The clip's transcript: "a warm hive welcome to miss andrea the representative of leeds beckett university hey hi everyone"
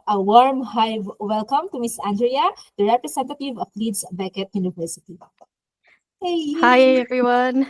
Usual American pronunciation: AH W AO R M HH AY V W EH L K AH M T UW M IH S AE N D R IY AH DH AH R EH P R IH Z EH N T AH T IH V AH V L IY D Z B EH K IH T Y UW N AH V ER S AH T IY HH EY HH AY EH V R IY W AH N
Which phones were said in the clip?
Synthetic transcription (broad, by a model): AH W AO R M HH AY W EH L K AH M T UW M IH S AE N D R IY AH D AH R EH P R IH S EH N T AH T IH V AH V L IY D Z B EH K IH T Y UW N AH V ER S AH T IY HH EY HH AY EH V R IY W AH N